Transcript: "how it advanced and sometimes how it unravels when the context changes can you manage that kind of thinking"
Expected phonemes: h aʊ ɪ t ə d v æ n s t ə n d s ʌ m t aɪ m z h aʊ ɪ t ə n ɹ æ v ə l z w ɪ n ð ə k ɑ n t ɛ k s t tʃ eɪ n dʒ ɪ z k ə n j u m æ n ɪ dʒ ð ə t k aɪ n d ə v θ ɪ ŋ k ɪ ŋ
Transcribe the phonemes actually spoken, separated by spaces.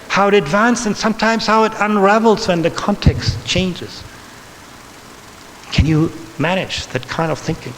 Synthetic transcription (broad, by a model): h aʊ ɪ t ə d v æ n s ə n s ʌ m t aɪ m z h aʊ ɪ t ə n ɹ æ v l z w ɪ n ð ə k ɑ n t ɛ k s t tʃ eɪ n dʒ ɪ z k ə n j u m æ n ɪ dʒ ð ə t k aɪ n d ə v θ ɪ ŋ k ɪ ŋ